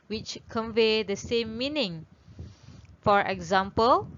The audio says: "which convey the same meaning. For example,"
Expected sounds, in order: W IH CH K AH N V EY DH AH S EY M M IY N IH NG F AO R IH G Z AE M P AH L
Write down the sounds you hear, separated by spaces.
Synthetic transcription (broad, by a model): W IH CH K AH N V EY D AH S EY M M IY N IH NG F AO R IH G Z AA M P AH L